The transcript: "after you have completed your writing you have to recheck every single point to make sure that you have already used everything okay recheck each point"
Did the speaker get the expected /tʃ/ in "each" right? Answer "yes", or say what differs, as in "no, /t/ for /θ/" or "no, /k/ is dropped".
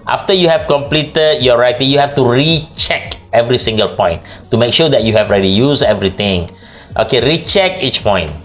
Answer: yes